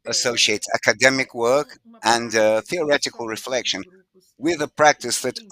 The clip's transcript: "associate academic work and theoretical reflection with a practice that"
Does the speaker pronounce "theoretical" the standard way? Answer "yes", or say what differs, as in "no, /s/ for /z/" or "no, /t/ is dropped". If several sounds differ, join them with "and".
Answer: yes